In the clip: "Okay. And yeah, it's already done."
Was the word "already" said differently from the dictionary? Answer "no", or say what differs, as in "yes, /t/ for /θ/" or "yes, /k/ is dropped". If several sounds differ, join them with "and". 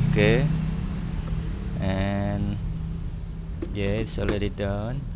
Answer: yes, /l/ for /ɹ/